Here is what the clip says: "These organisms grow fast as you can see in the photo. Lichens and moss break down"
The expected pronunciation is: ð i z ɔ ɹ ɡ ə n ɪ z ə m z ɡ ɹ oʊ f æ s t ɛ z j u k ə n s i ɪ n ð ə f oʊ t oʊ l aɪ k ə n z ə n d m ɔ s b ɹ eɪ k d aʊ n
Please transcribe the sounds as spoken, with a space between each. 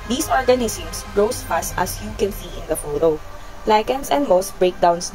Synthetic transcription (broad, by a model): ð i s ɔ ɹ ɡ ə n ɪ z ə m s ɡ ɹ oʊ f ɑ s t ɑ s j u k ə n s i ɪ n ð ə f oʊ t oʊ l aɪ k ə n s ə n d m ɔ s b ɹ eɪ k d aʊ n